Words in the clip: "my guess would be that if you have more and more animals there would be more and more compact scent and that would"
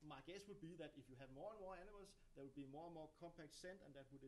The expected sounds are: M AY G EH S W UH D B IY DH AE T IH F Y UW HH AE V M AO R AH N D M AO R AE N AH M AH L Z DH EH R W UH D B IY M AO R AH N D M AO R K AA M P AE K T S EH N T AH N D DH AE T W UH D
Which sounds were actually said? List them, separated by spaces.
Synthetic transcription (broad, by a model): M AY G EH S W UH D B IY DH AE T IH F Y UW HH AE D M AO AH N M AO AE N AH M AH L S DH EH W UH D B IY M AO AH N M AO K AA M P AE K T S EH N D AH N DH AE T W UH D